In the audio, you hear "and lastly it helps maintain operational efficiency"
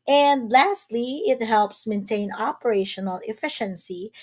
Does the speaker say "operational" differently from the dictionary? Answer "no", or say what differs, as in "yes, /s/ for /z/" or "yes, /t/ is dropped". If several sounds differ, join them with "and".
no